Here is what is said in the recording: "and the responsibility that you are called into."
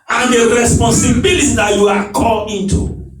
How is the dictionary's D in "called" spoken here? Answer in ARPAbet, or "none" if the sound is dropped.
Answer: none